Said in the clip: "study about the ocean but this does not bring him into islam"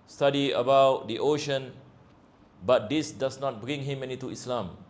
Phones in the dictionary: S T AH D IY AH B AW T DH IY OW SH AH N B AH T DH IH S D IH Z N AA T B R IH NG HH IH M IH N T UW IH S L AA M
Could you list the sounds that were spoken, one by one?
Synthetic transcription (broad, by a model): S T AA D IY AH B AW T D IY OW SH AH N B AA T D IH S D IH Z N AA T B R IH NG HH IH M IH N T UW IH S L AA M